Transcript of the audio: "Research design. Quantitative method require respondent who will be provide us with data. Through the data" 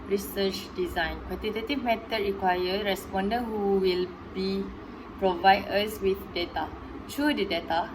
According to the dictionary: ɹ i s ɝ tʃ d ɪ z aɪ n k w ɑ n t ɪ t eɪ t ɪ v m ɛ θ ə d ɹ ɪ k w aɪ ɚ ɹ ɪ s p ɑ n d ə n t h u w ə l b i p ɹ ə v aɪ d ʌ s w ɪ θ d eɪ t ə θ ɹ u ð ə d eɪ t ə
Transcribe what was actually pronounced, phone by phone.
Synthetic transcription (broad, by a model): ɹ i s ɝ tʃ d ɪ z aɪ n k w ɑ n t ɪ t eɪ t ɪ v m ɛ t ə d ɹ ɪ k w aɪ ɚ ɹ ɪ s p ɑ n d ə n h u w ə l b i p ɹ ə v aɪ d ʌ s w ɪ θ d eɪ t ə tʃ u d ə d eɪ t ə